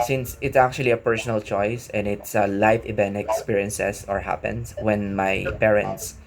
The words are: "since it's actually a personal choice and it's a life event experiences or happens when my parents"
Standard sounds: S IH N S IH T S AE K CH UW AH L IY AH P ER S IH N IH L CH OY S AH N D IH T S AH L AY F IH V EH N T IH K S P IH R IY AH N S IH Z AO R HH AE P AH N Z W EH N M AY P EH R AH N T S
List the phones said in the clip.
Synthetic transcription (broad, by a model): S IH N S IH T S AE K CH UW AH L IY AH P ER S IH N IH L CH OY S AH N D IH T S AH L AY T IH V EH N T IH K S P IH R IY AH N S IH S AO R HH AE P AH N S W EH N M AY P EH R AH N T S